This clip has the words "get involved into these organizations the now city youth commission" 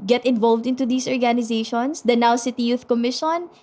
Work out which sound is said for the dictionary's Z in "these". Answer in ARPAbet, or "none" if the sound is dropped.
S